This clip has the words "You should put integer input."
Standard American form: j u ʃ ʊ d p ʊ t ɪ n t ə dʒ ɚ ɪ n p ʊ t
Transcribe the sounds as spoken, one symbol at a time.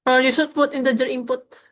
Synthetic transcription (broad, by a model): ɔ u s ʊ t p ʊ t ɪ n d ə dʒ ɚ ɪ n p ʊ t